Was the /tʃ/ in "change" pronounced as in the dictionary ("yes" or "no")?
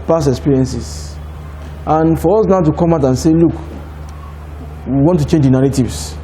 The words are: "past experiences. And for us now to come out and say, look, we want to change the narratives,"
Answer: yes